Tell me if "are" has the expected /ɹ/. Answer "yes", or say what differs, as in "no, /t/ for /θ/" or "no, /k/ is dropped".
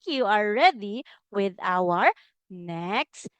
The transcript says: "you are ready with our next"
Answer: no, /l/ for /ɹ/